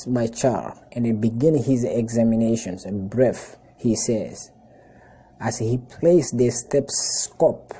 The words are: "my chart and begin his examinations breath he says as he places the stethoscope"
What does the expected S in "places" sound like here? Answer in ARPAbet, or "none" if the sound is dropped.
none